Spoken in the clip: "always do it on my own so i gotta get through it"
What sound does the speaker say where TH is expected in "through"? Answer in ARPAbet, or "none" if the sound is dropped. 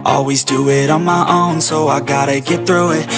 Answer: TH